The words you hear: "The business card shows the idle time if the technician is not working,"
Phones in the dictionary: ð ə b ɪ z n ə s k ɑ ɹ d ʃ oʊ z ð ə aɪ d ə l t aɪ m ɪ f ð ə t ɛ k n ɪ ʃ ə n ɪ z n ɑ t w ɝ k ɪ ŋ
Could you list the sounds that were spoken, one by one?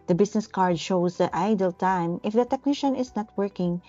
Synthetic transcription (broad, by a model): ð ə b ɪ s n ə s k ɑ ɹ d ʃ oʊ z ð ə aɪ d ə l t aɪ m ɪ f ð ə t ɛ k n ɪ ʃ ə n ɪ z n ɑ t w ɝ k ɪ ŋ